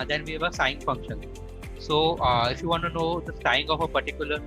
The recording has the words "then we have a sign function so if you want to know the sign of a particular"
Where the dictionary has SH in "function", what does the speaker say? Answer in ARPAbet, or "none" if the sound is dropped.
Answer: SH